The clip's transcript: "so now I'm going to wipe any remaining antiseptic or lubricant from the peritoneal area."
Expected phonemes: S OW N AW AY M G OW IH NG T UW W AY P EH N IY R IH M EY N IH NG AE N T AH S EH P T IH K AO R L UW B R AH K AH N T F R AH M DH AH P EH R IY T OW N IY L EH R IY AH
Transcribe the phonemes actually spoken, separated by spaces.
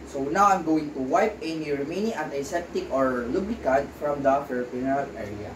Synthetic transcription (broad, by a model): S OW N AW AY M G OW IH NG T UW W AY P EH N IY R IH M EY N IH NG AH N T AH S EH T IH K AO R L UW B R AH K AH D F R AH M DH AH F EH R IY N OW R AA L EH R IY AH